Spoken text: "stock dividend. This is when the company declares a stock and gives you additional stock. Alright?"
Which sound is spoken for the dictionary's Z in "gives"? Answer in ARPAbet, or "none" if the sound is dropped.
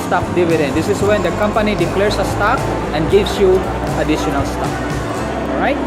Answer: S